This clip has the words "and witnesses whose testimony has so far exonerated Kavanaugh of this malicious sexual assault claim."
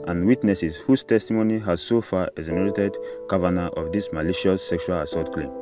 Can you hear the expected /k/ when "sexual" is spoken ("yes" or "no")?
yes